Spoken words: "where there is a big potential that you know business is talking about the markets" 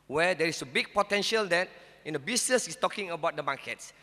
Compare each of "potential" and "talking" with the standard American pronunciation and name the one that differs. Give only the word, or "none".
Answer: none